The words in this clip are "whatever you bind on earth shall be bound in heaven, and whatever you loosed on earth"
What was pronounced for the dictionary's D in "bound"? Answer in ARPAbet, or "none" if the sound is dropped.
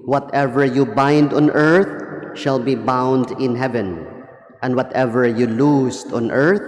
D